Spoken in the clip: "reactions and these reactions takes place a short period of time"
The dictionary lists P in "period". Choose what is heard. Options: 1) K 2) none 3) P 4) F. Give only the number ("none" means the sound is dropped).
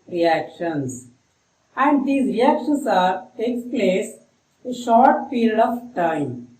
4